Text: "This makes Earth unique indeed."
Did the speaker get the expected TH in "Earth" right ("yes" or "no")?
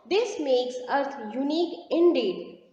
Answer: no